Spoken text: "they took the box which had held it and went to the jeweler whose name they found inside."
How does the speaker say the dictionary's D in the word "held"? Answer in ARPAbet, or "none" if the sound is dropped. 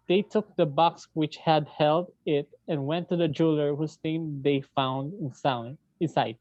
D